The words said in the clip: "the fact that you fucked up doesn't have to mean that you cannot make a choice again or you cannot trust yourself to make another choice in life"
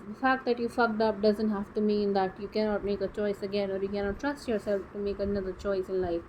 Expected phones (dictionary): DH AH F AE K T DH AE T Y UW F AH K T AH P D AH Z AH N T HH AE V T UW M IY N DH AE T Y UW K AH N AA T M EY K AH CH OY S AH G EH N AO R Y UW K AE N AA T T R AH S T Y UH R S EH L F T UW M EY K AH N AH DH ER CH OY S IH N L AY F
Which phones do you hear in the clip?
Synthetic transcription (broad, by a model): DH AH F AE K T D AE T Y UW F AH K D AH P D AH Z AH N T HH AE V T UW M IY N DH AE T Y UW K AH N AA T M EY K AH CH OY S AH G EH N AO R Y UW K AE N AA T T R AH S T Y UH R S EH L F T UW M EY K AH N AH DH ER CH OY S IH N L AY F